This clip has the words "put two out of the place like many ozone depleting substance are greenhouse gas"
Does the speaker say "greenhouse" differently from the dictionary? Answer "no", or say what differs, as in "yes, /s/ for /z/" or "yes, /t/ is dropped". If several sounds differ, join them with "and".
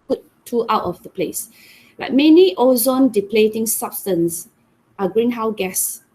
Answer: yes, /s/ is dropped